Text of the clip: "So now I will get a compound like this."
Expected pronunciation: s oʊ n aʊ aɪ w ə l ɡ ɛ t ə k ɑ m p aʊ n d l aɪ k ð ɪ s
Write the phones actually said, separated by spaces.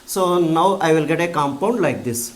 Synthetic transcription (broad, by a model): s oʊ n aʊ aɪ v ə l ɡ ɛ t ə k ɑ m p aʊ n d l aɪ k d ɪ s